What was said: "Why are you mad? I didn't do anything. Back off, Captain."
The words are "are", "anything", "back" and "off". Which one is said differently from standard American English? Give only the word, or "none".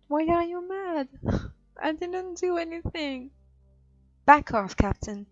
none